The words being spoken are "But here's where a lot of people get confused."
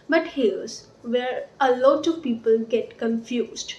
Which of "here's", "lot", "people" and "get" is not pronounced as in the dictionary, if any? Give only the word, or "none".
here's